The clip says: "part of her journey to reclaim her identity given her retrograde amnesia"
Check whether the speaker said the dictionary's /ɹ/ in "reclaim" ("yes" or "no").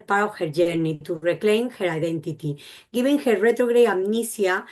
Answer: yes